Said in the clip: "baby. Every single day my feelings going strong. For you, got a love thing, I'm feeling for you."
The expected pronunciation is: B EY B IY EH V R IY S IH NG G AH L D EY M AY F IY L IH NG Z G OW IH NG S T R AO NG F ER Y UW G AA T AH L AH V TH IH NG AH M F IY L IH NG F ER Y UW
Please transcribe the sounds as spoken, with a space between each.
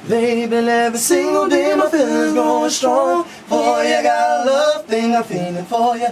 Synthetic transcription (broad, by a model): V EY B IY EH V IY S IH NG G AH L D EY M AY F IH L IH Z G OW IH S T R AO NG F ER Y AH G AA T AH L AH V TH IH NG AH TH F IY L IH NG F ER Y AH